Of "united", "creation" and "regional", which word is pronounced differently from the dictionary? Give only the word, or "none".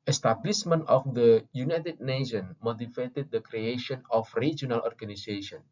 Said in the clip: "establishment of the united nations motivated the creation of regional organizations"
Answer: none